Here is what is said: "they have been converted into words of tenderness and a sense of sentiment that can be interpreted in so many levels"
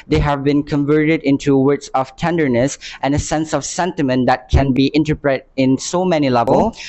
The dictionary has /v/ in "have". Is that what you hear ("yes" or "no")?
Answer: yes